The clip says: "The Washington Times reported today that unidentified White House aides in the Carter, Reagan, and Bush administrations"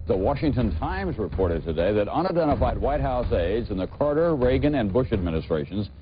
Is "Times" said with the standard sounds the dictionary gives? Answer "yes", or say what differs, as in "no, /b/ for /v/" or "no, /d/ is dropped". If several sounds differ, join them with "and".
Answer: yes